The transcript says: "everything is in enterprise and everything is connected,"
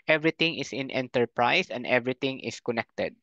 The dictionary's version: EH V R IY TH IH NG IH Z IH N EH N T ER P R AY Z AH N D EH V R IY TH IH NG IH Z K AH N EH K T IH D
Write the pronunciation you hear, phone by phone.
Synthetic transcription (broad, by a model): EH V R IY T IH NG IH S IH N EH N T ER P R AY S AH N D EH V R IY T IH NG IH S K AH N EH K T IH D